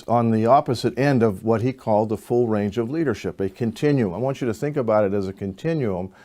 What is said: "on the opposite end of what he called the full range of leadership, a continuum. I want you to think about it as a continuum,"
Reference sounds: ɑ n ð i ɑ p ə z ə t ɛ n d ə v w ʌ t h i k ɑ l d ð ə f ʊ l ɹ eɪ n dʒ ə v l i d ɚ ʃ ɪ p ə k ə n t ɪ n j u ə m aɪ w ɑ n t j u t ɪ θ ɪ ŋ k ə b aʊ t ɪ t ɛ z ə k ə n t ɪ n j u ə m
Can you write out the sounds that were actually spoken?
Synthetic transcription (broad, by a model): n ð i ɑ p ə z ə t ɛ n d ə v w ʌ t h i k ɑ l d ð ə f ʊ l ɹ eɪ n dʒ ə v l i d ɚ ʃ ɪ p ə k ə n t ɪ n j u ə m aɪ w ɑ n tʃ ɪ t ɪ θ ɪ ŋ k ə b aʊ t ɪ t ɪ z ə k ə n t ɪ n j u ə m